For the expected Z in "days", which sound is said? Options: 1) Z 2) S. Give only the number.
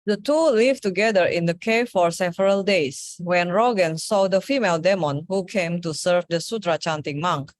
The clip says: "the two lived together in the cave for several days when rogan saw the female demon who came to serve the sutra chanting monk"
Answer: 2